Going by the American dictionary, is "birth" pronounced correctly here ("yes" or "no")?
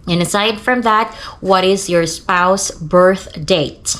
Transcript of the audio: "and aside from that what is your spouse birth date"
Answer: yes